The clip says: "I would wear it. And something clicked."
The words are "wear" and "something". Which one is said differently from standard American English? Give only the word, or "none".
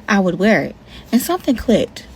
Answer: none